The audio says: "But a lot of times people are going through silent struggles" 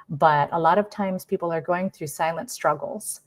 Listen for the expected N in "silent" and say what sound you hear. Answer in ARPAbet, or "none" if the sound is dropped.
N